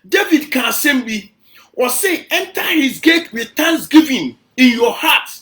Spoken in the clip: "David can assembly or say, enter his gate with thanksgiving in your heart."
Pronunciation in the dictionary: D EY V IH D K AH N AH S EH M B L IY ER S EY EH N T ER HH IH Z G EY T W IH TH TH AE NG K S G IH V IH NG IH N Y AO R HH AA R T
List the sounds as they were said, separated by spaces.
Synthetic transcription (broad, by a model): D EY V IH D K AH S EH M B IY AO S EY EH N T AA HH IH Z G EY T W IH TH T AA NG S G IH V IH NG IH N Y AO HH AA T